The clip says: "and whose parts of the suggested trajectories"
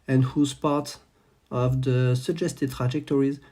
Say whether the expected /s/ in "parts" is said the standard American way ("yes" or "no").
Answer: no